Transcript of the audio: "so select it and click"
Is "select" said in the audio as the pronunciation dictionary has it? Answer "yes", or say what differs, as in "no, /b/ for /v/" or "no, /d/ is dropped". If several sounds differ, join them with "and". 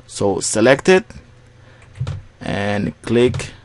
yes